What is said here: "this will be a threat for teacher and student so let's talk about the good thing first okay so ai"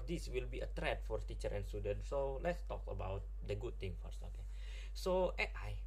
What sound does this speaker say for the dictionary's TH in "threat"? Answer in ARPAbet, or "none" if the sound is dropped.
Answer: T